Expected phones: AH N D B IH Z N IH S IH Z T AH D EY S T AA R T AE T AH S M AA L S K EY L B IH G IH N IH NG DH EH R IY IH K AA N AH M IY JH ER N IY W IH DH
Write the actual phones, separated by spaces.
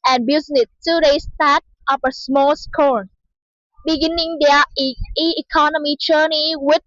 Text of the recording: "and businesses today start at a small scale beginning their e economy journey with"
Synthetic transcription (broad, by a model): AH N B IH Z IH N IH T AH D EY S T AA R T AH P AH S M AA L S K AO N B IH G IH N IH NG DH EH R IY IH K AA N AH M IY JH ER N IY W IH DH